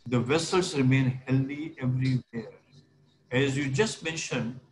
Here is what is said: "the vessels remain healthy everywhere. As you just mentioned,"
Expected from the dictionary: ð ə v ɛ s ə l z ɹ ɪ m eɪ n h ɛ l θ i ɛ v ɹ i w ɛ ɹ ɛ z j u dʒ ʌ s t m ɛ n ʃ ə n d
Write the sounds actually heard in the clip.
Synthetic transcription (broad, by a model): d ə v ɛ s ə l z ɹ ɪ m eɪ n h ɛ l i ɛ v ɹ i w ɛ ɹ ɛ z j u dʒ ʌ s t m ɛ n ʃ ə n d